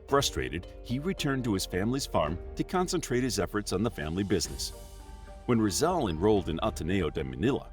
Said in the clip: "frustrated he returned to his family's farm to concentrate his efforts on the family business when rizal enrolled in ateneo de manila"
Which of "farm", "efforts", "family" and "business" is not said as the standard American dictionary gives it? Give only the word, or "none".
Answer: none